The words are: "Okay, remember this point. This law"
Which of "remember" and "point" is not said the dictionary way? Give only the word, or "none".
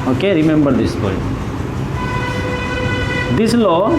point